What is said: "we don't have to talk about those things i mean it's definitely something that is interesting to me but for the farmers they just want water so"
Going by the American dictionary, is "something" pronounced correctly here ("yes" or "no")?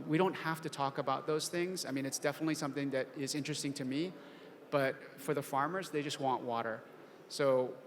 yes